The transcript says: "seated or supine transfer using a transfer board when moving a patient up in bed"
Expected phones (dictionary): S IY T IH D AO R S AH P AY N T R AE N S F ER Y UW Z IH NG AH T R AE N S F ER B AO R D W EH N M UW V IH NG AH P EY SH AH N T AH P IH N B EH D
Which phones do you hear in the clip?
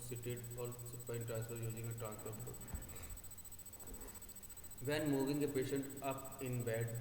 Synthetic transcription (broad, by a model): S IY T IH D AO L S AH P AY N T R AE N S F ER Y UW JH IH NG AH T R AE N S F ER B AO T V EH N M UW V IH NG AH P EY SH AH N T AH P IH N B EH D